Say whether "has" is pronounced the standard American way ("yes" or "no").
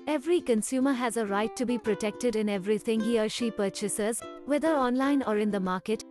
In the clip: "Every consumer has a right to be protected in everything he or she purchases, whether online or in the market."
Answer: yes